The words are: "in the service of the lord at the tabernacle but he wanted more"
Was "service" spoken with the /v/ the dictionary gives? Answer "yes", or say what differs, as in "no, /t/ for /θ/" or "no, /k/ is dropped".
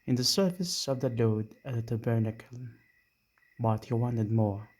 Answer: no, /f/ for /v/